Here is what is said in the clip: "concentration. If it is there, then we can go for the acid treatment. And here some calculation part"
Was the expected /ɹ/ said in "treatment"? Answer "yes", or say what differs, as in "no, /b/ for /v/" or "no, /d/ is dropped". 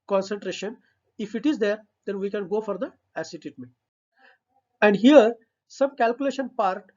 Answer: no, /ɹ/ is dropped